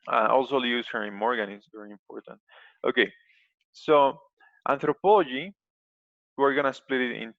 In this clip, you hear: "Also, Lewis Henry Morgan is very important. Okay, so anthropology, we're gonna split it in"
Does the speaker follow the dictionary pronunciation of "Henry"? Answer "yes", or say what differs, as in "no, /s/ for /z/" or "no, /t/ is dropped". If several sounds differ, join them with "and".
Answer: no, /n/ is dropped